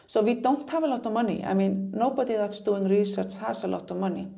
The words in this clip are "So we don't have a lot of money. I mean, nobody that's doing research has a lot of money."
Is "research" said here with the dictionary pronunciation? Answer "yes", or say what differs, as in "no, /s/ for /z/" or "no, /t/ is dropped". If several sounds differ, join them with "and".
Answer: yes